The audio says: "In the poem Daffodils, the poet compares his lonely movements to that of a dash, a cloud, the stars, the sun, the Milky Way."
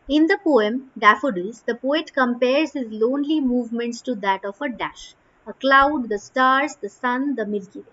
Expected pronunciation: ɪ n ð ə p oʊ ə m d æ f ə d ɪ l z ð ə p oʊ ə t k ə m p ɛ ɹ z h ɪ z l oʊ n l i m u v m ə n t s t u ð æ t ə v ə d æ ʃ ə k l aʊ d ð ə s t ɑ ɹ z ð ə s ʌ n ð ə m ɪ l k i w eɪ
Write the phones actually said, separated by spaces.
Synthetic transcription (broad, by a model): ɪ n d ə p oʊ ə m d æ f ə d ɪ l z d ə p oʊ ə t k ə m p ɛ ɹ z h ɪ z l oʊ n l i m u v m ə n t s t u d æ t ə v ə d æ ʃ ə k l aʊ d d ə s t ɑ ɹ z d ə s ʌ n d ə m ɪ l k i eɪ